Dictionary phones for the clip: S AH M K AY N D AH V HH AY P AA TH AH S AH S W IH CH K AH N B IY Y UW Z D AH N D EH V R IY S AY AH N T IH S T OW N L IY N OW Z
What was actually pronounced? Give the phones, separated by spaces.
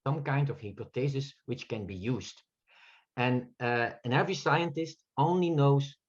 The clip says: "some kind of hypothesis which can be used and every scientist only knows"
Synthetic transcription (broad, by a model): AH M K AY N D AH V HH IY P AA T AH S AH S W IH CH K AH N B IY Y UW Z D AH N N EH V R IY S AY AH N T IH S T OW N L IY N OW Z